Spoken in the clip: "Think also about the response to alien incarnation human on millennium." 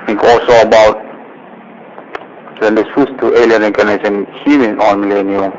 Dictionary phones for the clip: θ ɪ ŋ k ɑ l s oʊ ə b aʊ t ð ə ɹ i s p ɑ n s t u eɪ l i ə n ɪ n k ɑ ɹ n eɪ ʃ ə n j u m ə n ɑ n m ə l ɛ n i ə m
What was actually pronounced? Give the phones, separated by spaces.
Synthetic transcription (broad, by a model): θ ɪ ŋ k ɑ l s oʊ ə b aʊ t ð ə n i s u s t u eɪ l i ə n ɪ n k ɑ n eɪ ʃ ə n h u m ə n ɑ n m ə l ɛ n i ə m